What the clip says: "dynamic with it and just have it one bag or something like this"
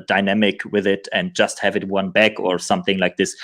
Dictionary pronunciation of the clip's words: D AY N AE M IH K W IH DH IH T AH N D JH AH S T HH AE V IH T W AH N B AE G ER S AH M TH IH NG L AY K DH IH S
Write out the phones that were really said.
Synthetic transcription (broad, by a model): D AY N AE M IH K W IH DH IH T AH N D JH AH S T HH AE V IH T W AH N B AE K ER S AH M TH IH NG L AY K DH IH S